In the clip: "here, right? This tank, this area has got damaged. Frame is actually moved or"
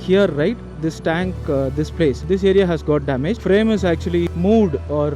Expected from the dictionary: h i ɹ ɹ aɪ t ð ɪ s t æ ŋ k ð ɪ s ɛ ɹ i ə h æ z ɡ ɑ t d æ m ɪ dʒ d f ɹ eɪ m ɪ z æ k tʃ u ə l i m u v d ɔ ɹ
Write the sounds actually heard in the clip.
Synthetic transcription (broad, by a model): h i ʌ ɹ aɪ t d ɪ s t æ ŋ k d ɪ s ɛ ɹ i ə h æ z ɡ ɑ t d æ m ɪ dʒ f ɹ eɪ m ɪ z æ k tʃ u ə l i m u v d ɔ ɹ